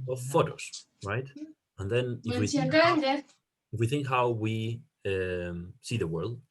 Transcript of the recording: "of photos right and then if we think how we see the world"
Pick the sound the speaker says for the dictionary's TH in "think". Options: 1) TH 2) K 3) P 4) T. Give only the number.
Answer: 1